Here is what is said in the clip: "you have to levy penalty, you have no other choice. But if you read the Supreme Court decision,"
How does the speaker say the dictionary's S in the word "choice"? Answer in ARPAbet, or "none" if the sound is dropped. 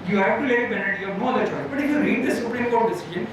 none